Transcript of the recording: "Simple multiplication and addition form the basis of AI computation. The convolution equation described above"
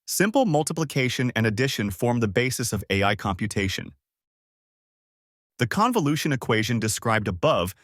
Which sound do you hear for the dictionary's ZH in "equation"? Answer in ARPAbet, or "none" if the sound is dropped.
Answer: ZH